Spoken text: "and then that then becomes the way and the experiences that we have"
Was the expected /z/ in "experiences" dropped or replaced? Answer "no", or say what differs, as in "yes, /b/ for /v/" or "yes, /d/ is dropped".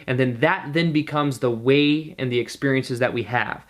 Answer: no